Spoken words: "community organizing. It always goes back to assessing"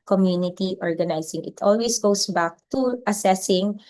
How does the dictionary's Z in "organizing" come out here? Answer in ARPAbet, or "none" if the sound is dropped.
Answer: S